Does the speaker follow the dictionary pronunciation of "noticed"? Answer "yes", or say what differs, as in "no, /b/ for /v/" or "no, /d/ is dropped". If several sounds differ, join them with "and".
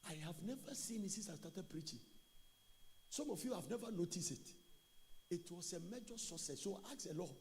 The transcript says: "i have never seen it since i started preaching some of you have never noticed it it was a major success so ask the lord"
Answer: yes